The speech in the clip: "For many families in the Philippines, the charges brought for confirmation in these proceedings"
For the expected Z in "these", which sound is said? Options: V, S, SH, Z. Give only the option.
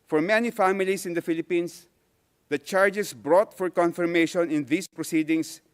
S